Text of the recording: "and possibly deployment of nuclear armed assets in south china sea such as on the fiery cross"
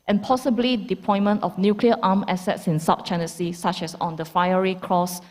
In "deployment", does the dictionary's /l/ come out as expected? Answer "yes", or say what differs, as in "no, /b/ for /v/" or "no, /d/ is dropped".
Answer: no, /l/ is dropped